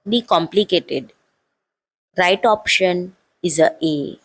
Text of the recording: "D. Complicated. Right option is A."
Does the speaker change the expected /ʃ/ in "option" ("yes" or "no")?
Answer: no